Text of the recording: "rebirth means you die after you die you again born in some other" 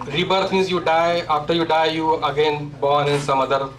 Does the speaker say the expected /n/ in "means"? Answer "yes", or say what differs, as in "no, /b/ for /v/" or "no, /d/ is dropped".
no, /n/ is dropped